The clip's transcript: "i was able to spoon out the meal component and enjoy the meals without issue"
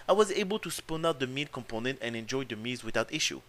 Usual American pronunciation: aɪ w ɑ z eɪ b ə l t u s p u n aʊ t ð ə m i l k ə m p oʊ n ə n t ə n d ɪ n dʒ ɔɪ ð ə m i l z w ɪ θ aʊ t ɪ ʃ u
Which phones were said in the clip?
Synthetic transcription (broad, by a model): aɪ w ɑ z eɪ b ə l t u s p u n aʊ t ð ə m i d k ə m p oʊ n ə n t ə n ɪ n dʒ ɔɪ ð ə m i z w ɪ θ aʊ t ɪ ʃ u